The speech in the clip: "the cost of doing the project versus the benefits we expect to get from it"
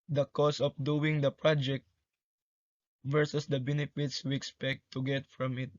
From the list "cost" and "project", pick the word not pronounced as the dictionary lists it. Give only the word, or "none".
cost